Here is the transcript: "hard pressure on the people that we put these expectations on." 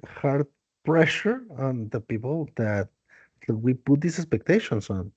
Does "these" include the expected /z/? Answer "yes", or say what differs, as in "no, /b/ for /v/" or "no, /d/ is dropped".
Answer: no, /s/ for /z/